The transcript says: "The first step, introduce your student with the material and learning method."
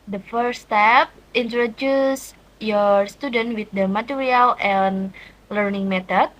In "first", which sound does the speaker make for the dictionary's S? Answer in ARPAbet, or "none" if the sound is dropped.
none